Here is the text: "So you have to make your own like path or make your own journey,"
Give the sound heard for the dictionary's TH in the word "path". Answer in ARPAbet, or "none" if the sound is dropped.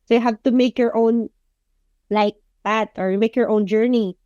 T